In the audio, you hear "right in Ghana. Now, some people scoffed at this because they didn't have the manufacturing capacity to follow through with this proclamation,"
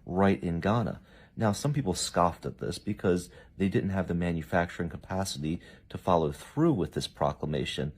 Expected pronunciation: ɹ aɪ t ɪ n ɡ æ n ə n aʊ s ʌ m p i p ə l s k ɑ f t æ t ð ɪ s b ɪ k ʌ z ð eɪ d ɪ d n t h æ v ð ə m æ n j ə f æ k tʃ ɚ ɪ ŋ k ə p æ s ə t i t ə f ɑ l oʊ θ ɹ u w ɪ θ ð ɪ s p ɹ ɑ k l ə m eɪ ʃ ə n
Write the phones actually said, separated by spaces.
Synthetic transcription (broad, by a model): ɹ aɪ t ɪ n ɡ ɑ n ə n aʊ s ʌ m p i p l s k ɑ f t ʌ t ð ɪ s b ɪ k ʌ z ð eɪ d ɪ d n t h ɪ v ð ə m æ n j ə f æ k tʃ ɚ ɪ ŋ k ə p æ s ə t i t ə f ɑ l oʊ θ ɹ u w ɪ ð ɪ s p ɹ ɑ k l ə m eɪ ʃ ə n